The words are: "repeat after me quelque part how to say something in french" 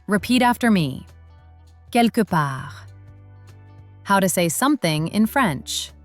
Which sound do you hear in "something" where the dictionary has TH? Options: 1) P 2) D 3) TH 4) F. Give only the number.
3